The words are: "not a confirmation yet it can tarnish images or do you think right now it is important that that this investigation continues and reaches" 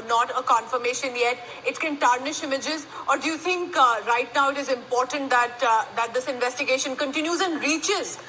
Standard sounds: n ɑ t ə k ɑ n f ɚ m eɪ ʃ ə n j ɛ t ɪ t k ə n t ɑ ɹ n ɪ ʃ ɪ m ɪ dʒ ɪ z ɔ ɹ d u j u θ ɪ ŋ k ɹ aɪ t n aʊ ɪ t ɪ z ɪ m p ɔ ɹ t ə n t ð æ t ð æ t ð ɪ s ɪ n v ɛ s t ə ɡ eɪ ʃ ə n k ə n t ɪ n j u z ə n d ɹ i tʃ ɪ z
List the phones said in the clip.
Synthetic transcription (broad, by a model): n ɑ t ə k ɑ n f ɚ m eɪ ʃ ə n j ɛ t ɪ t k ə n t ɑ ɹ n ɪ ʃ ɪ m ɪ dʒ ɪ z ɔ ɹ d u j u t ɪ ŋ k ɹ aɪ t n aʊ ɪ t ɪ z ɪ m p ɔ ɹ t ə n t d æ t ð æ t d ɪ s ɪ n v ɛ s t ə ɡ eɪ ʃ ə n k ə n t ɪ n j u z ə n d ɹ i tʃ ɪ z